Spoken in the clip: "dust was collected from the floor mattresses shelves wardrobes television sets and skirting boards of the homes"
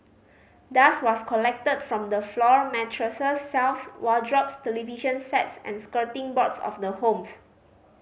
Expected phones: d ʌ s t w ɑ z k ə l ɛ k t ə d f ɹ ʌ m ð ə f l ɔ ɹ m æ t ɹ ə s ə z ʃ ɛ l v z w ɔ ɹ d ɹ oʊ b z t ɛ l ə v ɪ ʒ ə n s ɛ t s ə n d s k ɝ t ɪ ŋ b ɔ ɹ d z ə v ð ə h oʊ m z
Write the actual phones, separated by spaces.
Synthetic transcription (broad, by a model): d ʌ s w ɑ s k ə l ɛ k t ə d f ɹ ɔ m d ə f l ɔ ɹ m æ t ɹ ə s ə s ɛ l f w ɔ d ɹ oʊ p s t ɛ l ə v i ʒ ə n s ɛ t s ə n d s k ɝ t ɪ ŋ b ɔ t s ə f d ə h oʊ m s